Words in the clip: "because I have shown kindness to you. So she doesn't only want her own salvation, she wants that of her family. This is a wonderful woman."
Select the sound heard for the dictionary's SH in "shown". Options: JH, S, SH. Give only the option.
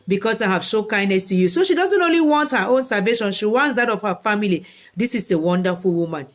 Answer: S